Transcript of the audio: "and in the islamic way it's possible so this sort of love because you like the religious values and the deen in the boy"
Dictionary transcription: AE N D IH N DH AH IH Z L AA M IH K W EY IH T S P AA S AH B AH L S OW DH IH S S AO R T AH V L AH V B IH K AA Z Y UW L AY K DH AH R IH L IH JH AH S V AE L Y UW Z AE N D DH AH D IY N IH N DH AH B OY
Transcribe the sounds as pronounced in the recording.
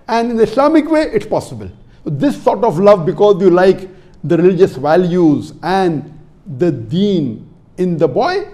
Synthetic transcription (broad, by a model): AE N D IH N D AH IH S L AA M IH K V EY IH T S P AA S AH B AH L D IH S S AO R T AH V L AH V B IH K AA Z Y UW L AY K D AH R IH L IH JH AH S V AE L Y UW Z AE N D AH D IY N IH N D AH B OY